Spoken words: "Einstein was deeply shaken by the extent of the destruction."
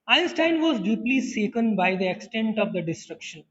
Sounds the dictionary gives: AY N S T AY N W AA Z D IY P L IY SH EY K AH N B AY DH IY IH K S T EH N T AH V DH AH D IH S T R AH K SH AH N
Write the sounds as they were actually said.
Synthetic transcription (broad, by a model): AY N S T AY N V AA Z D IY P L IY S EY K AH N B AY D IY IH K S T EH N T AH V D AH D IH S T R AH K SH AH N